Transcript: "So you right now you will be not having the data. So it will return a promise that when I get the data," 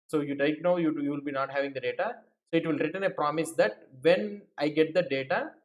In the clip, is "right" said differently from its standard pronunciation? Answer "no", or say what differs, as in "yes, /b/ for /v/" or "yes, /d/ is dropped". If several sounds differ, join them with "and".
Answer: yes, /l/ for /ɹ/